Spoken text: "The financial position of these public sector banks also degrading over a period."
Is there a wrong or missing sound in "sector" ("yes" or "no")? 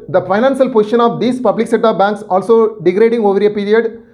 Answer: yes